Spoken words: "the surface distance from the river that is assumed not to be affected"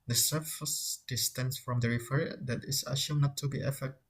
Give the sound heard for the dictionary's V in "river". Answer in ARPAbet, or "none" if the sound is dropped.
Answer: F